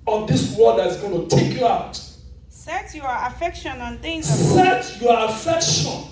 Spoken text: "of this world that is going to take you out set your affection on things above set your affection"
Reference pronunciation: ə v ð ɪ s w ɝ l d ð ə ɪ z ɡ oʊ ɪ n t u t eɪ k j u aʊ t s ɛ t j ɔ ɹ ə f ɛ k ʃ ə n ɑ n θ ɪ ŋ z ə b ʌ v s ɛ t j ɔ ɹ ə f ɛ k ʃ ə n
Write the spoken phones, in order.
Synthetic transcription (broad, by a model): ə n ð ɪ s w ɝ n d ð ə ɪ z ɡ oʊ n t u t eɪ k j u aʊ t s ɛ t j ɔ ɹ ə f ɛ k ʃ ə n ɑ n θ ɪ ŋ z s ɛ t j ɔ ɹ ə f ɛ k ʃ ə n